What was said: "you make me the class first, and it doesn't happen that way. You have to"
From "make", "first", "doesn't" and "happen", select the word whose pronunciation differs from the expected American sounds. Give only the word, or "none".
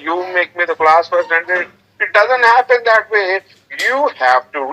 first